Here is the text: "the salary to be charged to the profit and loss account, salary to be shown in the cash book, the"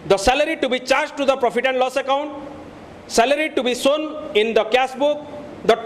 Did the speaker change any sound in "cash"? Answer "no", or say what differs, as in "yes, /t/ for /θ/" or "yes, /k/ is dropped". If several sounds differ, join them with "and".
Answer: yes, /s/ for /ʃ/